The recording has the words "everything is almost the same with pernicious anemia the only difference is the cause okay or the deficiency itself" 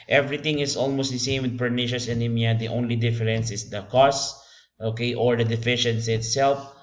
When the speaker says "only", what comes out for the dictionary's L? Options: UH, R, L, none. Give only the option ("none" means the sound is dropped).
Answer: L